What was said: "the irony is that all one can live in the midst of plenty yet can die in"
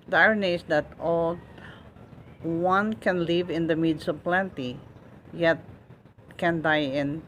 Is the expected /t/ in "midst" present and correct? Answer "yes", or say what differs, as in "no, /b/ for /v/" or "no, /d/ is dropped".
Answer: no, /t/ is dropped